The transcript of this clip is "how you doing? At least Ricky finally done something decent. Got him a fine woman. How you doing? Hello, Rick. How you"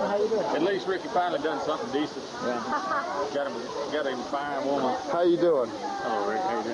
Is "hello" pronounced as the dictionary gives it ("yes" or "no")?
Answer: no